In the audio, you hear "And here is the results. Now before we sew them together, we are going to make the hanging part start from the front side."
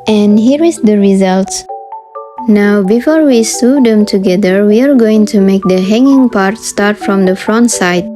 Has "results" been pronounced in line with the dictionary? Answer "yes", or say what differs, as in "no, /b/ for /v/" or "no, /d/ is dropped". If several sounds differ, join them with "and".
yes